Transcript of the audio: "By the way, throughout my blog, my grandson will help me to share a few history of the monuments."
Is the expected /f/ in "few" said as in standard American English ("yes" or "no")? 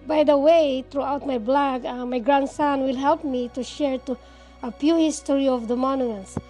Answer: no